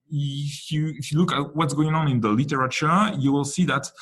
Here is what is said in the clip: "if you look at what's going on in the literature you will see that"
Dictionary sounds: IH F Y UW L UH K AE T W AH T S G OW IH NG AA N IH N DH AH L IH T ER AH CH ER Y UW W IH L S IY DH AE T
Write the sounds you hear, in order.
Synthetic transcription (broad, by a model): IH F Y UW L UH K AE T W AH T S G OW IH NG AA N IH N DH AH L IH T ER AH CH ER Y UW W IH L S IY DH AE T